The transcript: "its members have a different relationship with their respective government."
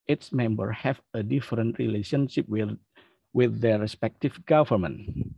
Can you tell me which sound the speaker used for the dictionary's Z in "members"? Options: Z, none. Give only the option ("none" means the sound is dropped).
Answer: none